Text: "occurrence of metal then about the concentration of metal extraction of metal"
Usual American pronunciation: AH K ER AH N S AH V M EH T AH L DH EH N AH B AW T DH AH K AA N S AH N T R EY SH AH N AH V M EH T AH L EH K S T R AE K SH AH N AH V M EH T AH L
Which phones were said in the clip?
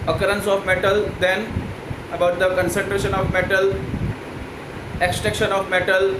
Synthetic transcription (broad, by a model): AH K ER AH N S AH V M EH T AH L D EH N AH B AW T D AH K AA N S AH N T R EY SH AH N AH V M EH T AH L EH K S T EH K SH AH N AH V M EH T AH L